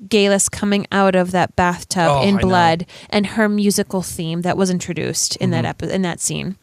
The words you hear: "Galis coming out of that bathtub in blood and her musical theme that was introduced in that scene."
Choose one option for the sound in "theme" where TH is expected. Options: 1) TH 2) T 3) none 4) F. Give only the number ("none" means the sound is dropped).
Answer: 1